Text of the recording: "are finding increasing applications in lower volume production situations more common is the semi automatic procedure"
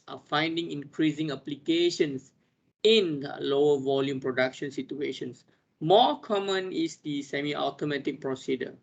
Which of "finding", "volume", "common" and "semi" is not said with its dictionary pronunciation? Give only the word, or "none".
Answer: none